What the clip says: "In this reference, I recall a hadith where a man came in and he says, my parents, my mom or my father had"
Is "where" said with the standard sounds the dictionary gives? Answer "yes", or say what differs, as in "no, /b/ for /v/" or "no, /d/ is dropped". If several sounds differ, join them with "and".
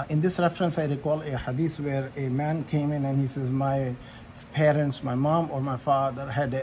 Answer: yes